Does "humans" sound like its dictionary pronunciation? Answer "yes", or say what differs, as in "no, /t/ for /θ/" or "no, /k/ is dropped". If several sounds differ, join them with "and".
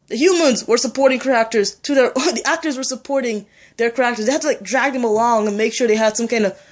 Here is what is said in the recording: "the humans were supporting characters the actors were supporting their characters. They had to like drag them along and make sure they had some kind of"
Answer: yes